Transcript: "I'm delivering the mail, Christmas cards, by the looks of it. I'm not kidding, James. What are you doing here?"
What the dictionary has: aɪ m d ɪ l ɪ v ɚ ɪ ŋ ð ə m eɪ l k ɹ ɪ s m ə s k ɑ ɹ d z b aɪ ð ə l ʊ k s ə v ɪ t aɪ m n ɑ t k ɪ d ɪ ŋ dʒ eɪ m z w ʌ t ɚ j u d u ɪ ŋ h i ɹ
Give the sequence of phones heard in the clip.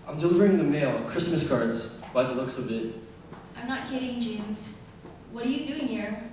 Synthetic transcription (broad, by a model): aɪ m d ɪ l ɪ v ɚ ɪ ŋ ð ə m eɪ l k ɹ ɪ s m ə s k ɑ ɹ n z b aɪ ð ə l ʊ k s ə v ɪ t aɪ m n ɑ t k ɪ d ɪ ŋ dʒ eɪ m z w ʌ t ɚ j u d u ɪ ŋ h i ɹ